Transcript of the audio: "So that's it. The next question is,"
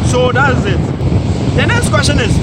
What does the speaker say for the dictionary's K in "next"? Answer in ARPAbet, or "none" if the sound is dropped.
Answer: none